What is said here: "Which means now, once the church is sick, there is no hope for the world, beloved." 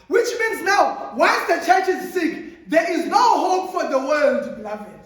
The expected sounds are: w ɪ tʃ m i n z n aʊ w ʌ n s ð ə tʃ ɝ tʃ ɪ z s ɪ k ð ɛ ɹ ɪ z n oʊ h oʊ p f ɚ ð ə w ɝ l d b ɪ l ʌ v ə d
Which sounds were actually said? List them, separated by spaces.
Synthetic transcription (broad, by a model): w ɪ tʃ m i n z n aʊ w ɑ l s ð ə tʃ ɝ tʃ ɪ z s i k ð ɛ ɹ ɪ z n oʊ h oʊ p f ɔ ð ə w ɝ l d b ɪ l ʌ v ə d